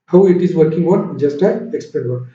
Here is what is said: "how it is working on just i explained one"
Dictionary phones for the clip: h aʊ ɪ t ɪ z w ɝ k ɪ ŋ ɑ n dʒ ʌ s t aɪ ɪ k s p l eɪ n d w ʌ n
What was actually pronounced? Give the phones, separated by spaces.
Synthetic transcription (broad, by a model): h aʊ ɪ t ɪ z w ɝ k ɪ ŋ ɑ n dʒ ʌ s t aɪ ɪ k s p eɪ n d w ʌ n